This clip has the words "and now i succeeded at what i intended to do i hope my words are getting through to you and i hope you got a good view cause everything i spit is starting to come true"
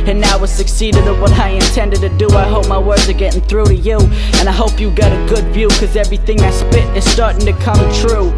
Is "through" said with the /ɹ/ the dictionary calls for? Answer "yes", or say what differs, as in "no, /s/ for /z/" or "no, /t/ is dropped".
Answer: yes